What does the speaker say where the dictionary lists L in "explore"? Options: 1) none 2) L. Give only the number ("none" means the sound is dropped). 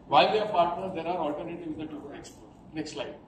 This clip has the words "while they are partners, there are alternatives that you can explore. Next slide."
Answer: 1